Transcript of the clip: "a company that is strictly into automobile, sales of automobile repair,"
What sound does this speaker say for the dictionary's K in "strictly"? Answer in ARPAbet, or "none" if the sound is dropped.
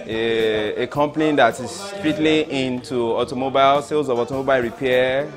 none